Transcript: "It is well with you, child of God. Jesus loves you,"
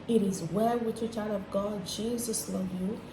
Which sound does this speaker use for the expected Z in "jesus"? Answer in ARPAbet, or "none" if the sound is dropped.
Z